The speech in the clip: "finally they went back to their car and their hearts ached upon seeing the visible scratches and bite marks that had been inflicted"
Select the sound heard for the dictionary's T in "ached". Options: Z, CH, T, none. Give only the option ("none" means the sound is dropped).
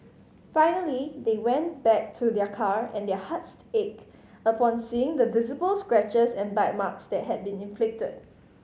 none